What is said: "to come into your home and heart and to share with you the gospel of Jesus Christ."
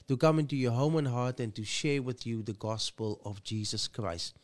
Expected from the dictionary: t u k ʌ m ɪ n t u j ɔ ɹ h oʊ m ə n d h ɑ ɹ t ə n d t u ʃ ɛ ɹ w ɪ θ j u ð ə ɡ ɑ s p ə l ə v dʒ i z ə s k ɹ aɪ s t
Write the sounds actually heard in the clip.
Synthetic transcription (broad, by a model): t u k ʌ m ɪ n t u j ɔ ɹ h oʊ m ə n h ɑ ɹ t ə n t u ʃ ɛ ɹ w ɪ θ j u ð ə ɡ ɑ s p ə l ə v dʒ i z ə s k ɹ aɪ s t